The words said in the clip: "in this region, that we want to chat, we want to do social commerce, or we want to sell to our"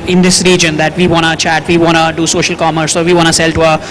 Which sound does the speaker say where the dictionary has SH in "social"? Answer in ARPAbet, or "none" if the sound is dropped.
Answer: SH